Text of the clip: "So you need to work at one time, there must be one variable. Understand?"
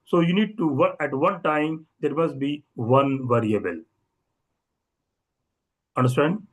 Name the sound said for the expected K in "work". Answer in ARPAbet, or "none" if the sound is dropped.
none